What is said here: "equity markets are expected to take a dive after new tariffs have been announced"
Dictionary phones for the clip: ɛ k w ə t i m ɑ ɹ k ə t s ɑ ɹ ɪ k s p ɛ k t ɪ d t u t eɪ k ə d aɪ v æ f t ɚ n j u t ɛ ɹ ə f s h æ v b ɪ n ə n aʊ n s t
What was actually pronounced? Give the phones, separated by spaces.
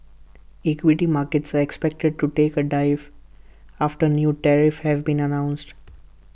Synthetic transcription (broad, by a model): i k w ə t i m ɑ ɹ k ə t s ɑ ɹ ɪ k s p ɛ k t ɪ d t u t eɪ k ə d aɪ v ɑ f t ɚ n j u t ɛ ɹ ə f h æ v b ɪ n ə n aʊ n s t